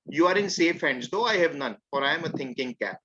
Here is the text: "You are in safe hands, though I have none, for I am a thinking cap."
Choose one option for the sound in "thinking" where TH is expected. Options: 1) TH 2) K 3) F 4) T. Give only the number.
4